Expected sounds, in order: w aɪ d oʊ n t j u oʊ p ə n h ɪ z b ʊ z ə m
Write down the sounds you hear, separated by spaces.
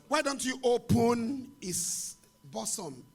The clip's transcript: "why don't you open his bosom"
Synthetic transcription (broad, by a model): w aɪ d oʊ n t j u oʊ p ə n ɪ s b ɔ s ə m